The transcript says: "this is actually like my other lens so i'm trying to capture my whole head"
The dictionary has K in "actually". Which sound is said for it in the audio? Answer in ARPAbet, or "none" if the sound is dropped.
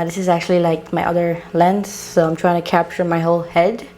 K